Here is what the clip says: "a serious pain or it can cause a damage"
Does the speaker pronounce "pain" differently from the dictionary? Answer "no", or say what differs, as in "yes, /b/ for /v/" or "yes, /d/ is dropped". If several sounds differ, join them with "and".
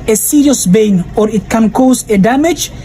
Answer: yes, /b/ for /p/